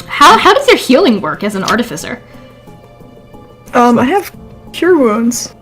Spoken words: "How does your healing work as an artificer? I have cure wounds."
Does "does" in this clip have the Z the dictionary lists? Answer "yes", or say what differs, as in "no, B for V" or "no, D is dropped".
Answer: yes